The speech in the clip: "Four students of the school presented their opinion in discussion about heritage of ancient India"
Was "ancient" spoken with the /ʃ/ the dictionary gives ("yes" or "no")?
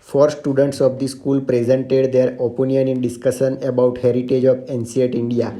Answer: no